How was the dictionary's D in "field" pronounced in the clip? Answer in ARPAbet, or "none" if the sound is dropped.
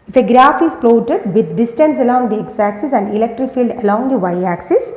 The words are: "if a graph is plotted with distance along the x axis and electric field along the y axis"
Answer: D